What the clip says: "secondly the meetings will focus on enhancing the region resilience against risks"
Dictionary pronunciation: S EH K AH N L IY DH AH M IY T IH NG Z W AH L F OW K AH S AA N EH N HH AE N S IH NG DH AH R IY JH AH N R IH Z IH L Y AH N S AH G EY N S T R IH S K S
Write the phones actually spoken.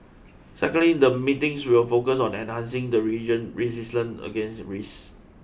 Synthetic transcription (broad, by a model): S EH K AH N L IY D AH M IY T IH NG S W AH L F OW K AH S AA N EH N HH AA N S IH NG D AH R IY JH AH N R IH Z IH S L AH N AH G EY N S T R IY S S